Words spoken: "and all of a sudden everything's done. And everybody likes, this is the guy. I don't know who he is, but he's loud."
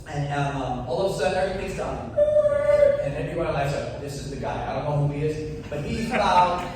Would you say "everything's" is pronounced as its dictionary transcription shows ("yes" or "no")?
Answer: yes